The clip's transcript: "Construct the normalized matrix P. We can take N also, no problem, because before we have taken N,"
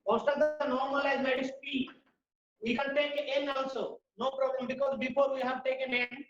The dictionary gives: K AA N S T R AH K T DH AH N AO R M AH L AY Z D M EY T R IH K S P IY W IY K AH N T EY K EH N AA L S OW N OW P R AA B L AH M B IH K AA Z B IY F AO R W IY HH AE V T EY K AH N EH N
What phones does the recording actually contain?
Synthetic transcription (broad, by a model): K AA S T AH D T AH N AO R M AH L AY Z M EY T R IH S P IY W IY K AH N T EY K EH N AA S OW N OW P R AA B L AH M B IH K AA Z B IY F AO R W IY HH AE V T EY K AH N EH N